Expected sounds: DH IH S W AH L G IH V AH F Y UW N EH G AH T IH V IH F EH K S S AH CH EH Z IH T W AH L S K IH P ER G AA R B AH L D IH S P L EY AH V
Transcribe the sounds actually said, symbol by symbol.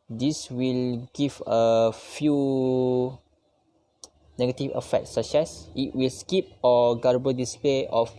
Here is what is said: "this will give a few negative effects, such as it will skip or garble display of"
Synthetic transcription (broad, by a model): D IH S W AH L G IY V AH F Y UW N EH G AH T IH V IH F EH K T S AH S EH S IH T W AH L S K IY P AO G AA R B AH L D IH S P L EY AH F